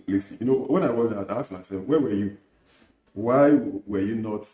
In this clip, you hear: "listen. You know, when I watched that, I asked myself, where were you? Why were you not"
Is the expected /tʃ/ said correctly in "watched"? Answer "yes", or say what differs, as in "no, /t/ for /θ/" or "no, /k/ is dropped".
no, /tʃ/ is dropped